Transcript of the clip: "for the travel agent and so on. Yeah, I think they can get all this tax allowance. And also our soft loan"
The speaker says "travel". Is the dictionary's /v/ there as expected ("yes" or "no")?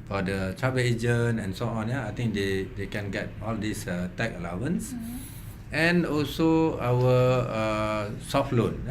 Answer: no